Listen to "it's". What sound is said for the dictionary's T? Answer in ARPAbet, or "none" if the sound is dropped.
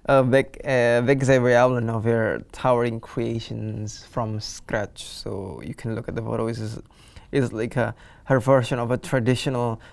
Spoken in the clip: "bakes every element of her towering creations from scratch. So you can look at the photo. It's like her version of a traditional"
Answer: S